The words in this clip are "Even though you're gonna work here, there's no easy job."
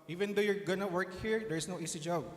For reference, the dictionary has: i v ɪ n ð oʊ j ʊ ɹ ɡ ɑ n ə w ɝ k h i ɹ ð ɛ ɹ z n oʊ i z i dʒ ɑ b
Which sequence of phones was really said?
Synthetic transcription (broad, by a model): i v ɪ n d oʊ j ʊ ɹ ɡ ɑ n ə w ɝ k h i ɹ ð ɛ ɹ s n oʊ i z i dʒ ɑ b